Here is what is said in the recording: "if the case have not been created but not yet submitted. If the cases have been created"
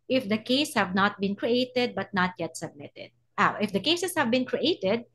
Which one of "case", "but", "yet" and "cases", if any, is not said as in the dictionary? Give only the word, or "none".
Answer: cases